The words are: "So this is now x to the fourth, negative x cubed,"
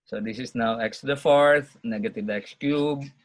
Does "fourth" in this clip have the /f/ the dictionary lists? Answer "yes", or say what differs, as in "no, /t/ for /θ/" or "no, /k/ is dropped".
yes